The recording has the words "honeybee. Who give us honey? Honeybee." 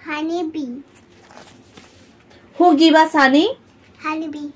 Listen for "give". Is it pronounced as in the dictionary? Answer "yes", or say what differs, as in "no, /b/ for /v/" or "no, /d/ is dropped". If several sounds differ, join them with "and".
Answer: no, /b/ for /v/